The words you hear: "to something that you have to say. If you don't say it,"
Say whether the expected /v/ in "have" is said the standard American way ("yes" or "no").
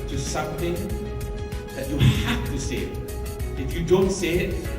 no